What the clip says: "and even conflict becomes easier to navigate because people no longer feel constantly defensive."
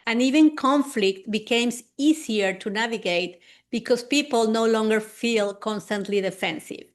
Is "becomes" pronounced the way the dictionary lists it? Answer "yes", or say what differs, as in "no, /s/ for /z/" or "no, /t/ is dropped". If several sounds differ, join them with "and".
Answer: no, /s/ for /z/